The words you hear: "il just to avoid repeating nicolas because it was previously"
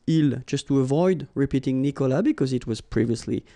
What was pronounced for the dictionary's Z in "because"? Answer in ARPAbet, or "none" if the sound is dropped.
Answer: Z